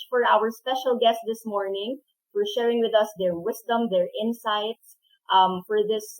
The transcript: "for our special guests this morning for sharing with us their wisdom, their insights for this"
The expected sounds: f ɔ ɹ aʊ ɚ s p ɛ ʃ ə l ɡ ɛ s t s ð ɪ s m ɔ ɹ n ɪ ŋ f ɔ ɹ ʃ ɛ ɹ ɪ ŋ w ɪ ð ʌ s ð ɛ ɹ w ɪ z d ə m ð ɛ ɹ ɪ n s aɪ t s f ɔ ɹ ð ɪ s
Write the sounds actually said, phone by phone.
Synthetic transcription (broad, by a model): f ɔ ɹ aʊ ɚ s p ɛ ʃ ə l ɡ ɛ s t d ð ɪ s m ɔ ɹ n ɪ ŋ f ɔ ɹ ʃ ɛ ɹ ɪ ŋ w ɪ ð ʌ s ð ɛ ɹ w ɪ s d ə m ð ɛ ɹ ɪ n s aɪ t s f ɔ ɹ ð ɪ s